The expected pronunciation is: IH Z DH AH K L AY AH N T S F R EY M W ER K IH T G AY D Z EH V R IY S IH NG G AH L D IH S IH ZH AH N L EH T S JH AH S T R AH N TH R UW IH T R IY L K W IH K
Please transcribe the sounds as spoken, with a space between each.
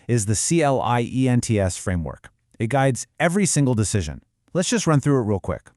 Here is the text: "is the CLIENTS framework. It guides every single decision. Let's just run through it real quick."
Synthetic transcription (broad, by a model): IH Z DH AH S L AY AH N T S F R EY M W ER K IH T G AY D Z EH V R IY S IH NG G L D IH S IH ZH AH N L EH T S JH AH S T R AH N TH R UW IH T R IY L K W IH K